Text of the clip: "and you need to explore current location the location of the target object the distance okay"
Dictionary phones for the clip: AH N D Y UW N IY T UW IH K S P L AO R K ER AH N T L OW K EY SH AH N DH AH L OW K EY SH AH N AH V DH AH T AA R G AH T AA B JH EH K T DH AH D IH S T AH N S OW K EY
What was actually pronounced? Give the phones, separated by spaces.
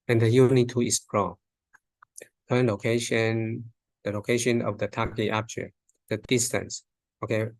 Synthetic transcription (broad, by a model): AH N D Y UW N IY T UW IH S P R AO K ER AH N L OW K EY SH AH N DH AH L OW K EY SH AH N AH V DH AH T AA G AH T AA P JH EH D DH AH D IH S T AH N S OW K EY